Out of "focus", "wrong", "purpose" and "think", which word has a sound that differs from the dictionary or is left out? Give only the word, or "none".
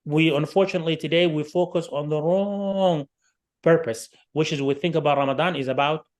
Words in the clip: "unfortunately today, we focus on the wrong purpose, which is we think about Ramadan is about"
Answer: none